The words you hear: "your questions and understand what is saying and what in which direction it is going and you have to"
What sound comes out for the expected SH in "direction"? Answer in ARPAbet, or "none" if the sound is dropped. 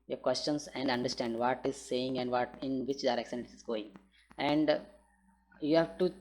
S